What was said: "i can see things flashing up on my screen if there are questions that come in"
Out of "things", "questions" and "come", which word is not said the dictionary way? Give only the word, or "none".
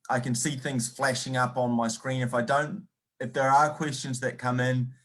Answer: none